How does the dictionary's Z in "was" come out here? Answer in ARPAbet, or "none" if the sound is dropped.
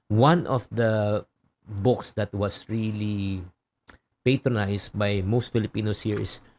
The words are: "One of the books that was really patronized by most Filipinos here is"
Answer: S